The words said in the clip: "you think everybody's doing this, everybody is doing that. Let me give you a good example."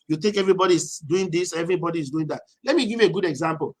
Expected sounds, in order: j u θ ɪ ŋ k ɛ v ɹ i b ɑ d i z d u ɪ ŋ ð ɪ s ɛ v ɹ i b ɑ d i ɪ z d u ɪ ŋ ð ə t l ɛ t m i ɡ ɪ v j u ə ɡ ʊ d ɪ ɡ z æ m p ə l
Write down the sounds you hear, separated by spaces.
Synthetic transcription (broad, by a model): j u t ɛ k ɛ v ɹ i b ɑ d i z d u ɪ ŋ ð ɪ s ɛ v ɹ i b ɑ d i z d u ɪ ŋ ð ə t l ɛ t m i ɡ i v j u ə ɡ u d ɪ ɡ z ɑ m p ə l